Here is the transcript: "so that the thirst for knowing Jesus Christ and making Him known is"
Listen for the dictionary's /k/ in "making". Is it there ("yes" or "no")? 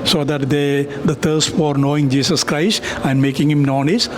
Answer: yes